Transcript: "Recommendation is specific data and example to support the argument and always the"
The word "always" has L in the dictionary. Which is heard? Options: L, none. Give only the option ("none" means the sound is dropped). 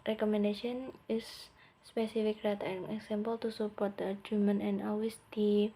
none